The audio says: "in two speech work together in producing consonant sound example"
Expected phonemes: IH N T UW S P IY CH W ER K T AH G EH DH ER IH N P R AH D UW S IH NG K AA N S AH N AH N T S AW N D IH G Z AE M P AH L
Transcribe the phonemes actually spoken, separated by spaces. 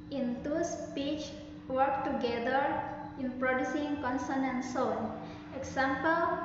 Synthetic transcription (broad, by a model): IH N T UW S P IY CH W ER K T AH G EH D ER IH N P R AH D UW S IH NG K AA N S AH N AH N S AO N IH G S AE M P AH L